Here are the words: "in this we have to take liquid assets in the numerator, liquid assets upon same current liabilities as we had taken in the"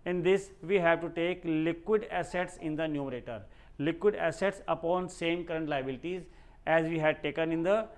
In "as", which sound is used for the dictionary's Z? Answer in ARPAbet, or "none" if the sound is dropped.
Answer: Z